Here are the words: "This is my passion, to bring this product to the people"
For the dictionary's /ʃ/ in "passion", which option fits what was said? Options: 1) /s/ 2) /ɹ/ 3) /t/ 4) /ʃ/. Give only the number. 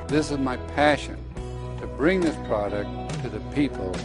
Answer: 4